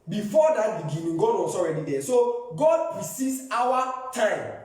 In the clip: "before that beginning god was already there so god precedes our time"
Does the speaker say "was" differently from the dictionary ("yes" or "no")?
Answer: yes